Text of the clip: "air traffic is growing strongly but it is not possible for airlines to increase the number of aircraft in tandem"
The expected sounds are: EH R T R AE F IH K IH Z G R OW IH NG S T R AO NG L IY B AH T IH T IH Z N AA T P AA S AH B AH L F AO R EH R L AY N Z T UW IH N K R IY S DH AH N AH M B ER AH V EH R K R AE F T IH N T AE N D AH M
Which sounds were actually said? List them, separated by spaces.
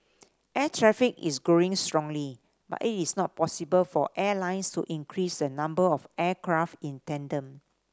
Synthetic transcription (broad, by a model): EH T R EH F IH K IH S G R OW IH NG S T R AO NG L IY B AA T IH T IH S N AA T P AA S AH B AH L F AO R EH L AY N S T UW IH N K R IY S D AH N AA M B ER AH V EH K R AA F T IH N T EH N D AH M